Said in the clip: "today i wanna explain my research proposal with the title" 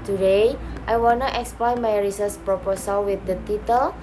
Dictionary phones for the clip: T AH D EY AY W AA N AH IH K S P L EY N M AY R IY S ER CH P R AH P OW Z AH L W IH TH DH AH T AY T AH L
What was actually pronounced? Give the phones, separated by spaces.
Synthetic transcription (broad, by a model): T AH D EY AY W AA N AH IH K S P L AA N M AY R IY S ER S P R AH P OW S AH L W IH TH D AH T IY T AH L